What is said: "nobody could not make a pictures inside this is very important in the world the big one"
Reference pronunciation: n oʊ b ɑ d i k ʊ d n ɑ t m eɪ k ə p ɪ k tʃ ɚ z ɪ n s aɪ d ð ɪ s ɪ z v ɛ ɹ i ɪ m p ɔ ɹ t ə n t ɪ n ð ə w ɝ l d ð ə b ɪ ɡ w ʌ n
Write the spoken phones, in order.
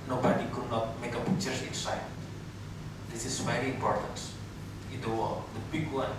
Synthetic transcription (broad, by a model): n oʊ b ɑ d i k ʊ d n ɑ t m eɪ k ə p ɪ tʃ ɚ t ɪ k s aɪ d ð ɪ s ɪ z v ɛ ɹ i ɪ m p ɔ ɹ t ə n t ɪ n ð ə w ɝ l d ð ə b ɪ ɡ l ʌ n